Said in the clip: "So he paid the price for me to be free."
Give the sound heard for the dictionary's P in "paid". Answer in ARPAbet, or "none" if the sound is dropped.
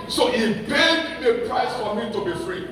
B